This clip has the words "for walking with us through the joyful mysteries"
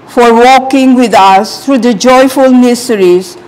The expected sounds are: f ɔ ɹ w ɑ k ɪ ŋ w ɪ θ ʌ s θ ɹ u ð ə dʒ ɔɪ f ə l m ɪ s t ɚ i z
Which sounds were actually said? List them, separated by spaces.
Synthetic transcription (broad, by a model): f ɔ ɹ w ɑ k ɪ ŋ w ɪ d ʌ s t ɹ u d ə dʒ ɔɪ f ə l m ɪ s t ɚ i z